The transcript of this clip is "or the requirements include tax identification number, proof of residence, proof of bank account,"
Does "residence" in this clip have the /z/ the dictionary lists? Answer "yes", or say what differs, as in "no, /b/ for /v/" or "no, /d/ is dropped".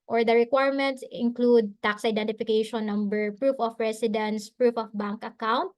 no, /s/ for /z/